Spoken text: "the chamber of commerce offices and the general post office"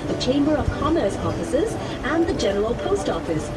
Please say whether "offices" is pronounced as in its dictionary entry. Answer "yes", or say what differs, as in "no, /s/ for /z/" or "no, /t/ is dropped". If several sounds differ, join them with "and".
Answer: yes